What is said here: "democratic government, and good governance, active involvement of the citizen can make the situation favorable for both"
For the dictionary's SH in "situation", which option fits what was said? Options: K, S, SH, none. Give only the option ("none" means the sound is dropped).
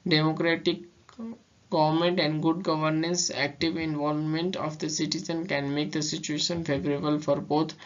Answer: SH